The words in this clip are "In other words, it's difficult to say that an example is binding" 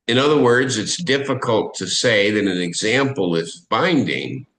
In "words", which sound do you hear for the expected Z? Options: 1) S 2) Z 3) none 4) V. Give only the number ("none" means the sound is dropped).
2